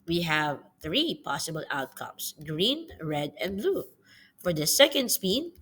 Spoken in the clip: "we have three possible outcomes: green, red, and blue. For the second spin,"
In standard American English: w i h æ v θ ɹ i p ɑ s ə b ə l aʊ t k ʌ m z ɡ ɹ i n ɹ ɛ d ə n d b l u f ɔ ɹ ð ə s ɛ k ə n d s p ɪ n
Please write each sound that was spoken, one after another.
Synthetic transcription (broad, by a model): w i h æ v θ ɹ i p ɑ s ə b ə l aʊ t k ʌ m s ɡ ɹ i n ɹ ɛ d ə n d b l u f ɔ ɹ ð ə s ɛ k ə n d s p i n